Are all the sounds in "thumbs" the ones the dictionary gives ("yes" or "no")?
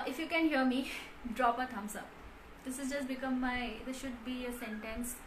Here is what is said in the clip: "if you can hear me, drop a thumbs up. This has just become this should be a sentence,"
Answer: no